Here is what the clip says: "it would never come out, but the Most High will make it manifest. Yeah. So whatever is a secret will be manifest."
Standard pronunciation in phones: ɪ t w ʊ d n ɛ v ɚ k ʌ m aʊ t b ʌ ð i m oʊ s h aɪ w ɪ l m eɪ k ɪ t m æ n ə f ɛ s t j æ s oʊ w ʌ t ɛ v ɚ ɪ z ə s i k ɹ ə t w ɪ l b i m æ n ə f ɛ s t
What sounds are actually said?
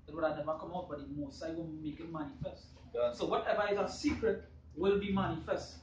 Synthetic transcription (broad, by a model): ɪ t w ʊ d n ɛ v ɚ k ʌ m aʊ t b ʌ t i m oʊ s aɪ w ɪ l m eɪ k ɪ t m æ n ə f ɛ s t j s oʊ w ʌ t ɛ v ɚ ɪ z ə s i k ɹ ə t w ɪ l b i m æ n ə f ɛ s t